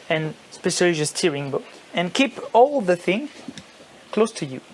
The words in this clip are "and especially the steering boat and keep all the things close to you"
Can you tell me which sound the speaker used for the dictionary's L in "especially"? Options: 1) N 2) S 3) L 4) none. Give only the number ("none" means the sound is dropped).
4